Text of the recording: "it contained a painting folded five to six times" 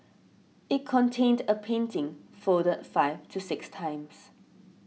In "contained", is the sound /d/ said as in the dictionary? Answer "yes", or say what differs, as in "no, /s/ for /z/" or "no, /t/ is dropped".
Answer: yes